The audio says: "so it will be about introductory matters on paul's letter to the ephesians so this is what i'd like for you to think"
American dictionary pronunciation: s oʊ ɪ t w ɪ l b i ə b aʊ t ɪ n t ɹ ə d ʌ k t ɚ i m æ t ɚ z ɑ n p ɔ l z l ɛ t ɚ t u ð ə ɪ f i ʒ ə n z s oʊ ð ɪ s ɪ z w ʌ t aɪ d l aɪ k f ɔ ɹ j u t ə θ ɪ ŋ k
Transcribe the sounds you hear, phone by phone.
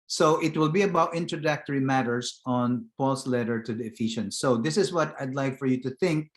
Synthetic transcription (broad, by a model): s oʊ ɪ t w ɪ l b i ə b aʊ t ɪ n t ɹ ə d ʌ k t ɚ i m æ t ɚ s ɑ n p ɔ l s l ɛ t ɚ t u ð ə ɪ f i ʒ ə n s oʊ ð ɪ s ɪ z w ʌ t aɪ d l aɪ k f ɔ ɹ j u t ə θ ɪ ŋ k